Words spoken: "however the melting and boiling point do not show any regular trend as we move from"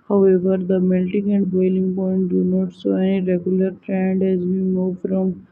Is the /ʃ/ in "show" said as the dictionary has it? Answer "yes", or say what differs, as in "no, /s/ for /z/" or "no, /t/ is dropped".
no, /s/ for /ʃ/